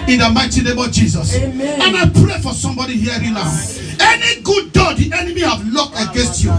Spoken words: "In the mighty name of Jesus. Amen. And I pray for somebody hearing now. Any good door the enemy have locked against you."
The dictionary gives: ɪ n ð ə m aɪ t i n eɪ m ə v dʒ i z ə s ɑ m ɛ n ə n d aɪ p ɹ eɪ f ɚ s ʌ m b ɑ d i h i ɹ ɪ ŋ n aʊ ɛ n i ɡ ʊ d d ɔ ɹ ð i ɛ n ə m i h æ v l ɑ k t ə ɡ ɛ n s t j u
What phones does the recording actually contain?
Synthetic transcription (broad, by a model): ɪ n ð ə m aɪ t i n eɪ m ə v dʒ i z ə s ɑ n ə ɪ p ɹ eɪ f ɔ s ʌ m b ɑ d i h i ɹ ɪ n aʊ ɛ n i ɡ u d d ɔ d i ɛ n ə m i h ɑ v l ɑ k t ə ɡ ɛ n s t j u